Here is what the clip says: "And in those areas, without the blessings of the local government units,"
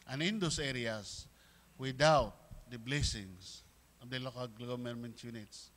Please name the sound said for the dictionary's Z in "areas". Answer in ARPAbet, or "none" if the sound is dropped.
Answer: S